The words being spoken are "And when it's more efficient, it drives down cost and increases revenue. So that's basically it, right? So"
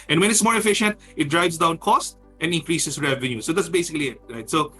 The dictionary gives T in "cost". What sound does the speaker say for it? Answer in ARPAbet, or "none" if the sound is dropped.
T